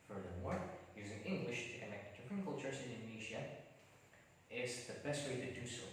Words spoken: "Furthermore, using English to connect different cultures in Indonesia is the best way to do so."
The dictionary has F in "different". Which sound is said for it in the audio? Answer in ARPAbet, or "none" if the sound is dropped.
P